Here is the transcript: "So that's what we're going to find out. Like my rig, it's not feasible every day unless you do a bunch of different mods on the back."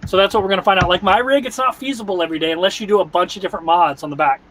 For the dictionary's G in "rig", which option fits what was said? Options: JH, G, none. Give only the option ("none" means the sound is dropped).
G